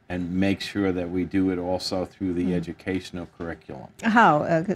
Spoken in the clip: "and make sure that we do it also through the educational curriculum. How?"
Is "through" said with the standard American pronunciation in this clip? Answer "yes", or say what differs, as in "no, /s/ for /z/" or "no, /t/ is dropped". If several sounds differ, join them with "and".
yes